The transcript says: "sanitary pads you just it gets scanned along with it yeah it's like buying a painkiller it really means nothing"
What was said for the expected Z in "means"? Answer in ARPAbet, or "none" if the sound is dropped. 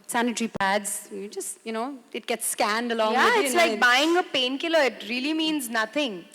Z